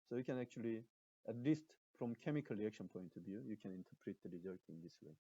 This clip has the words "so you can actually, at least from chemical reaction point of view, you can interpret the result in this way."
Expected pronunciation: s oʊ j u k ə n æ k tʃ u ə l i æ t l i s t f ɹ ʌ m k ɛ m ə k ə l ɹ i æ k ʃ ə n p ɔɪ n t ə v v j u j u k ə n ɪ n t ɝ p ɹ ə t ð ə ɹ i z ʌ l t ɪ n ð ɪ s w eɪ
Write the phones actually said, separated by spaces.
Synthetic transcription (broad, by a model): s oʊ j u k ə n æ k tʃ u ə l i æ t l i s t f ɹ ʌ m k ɛ m ə k ə l ɹ i æ k ʃ ə n p ɔɪ n t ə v v j u j u k ə n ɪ n t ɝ p ɹ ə t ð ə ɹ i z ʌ t ɪ n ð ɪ s w eɪ